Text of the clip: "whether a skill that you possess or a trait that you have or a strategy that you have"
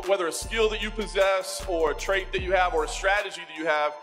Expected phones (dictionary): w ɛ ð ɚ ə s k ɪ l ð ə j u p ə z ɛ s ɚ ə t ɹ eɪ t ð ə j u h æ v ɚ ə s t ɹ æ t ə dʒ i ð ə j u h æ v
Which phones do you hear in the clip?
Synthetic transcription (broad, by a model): w ɛ ð ɚ ə s k ɪ l ð ə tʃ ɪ p ə z ɛ s ɚ ə t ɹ eɪ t ð ə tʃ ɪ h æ v ɚ ə s t ɹ æ t ə dʒ i ð ə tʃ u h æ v